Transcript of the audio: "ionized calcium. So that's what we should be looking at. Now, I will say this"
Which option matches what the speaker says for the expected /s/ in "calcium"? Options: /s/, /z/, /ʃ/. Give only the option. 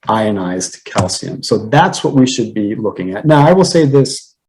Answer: /s/